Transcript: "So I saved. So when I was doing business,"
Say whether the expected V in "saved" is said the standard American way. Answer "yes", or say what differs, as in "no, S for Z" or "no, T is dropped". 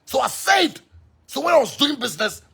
no, V is dropped